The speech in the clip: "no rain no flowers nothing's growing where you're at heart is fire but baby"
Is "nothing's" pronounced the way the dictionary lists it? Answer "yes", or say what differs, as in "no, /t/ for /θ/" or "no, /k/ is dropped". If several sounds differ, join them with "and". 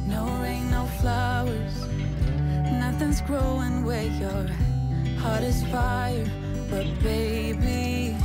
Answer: yes